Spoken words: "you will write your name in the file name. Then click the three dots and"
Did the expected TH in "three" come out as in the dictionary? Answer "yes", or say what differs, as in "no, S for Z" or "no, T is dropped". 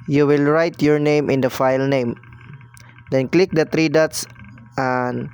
no, T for TH